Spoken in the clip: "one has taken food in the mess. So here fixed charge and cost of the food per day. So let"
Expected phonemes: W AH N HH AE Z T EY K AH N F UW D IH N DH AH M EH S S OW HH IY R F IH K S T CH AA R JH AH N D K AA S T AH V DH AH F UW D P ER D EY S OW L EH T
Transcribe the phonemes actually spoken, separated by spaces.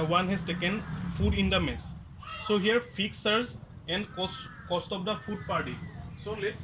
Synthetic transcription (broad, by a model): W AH N HH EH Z T EY K AH N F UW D IH N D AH M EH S S OW HH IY R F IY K S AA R Z AH N D K AA S T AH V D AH F UW D P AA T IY S OW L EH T